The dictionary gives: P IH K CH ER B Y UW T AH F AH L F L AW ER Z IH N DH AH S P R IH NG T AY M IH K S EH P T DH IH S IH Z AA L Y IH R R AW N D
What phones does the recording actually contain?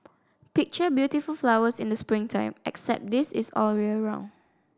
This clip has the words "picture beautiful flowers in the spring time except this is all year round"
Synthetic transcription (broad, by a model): P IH K CH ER B Y UW T AH F AH L F L AW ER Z IH N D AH S P R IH NG T AY M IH K S EH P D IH S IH S AA L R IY L R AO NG